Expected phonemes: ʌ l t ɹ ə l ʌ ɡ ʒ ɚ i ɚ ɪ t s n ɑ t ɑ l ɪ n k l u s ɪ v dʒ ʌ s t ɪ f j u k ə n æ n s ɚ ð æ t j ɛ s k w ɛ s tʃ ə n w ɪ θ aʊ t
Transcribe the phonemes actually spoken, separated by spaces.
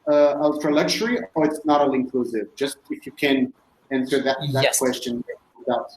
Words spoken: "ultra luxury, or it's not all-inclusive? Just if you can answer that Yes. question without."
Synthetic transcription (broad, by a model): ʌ l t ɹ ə l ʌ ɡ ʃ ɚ i ɚ ɪ t s n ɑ t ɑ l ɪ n k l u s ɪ v dʒ ʌ s t ɪ f j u k ə n æ n s ɚ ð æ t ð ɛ k w ɛ s tʃ ə n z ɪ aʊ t